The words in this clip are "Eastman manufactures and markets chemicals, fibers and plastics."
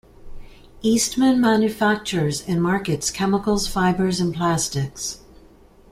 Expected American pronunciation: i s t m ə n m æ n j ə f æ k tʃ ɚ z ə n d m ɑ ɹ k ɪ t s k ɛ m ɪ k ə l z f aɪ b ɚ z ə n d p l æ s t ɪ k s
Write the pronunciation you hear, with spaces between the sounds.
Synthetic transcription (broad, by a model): i s t m ə n m æ n j ə f æ k tʃ ɚ z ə n m ɑ ɹ k ɪ t s k ɛ m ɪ k l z f aɪ b ɚ z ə n p l æ s t ɪ k s